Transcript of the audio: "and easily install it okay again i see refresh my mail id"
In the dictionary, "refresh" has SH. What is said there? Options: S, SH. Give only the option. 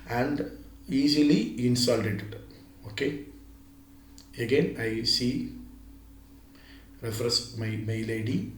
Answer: S